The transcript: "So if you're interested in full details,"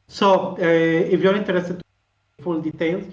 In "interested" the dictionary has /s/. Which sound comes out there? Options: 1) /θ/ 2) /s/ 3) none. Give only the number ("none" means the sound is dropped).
3